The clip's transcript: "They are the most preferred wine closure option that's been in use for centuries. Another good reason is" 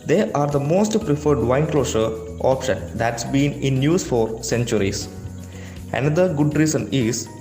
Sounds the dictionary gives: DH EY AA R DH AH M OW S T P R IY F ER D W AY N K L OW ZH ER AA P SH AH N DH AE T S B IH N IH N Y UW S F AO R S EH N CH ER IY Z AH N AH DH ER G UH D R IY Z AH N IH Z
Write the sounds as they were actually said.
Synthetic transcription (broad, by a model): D EY AA R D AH M OW S T P R IY F ER D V AY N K L OW SH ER AA P SH AH N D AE T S B IH N IH N Y UW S F AO R S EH N CH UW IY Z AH N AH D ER G UH D R IY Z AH N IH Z